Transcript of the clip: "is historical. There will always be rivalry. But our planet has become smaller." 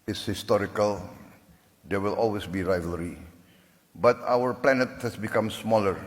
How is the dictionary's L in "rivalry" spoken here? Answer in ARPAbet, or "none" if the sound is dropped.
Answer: L